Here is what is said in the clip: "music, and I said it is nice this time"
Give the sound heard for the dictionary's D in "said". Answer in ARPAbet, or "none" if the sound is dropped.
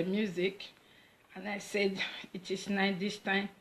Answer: D